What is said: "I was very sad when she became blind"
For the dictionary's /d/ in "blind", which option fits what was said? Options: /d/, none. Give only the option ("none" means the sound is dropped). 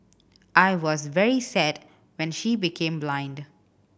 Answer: /d/